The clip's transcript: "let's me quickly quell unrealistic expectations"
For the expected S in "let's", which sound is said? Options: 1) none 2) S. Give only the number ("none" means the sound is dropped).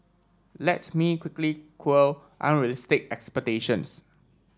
1